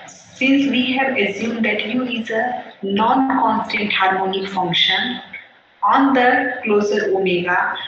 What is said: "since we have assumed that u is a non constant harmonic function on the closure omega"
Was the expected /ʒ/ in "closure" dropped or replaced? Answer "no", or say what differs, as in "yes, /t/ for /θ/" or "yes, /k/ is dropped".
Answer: yes, /z/ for /ʒ/